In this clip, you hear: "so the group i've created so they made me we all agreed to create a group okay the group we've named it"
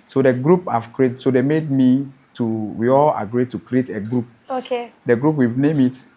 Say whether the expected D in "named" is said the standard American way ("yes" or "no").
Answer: no